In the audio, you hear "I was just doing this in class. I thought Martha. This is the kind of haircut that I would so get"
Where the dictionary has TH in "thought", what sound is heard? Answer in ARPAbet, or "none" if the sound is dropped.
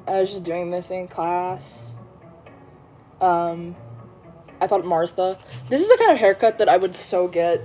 TH